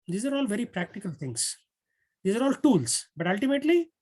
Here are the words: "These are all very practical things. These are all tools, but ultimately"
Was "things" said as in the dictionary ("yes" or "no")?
no